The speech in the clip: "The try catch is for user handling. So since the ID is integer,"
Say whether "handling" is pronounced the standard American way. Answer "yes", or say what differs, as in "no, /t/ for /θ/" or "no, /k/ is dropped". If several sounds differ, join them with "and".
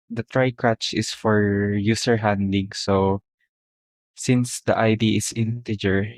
no, /l/ is dropped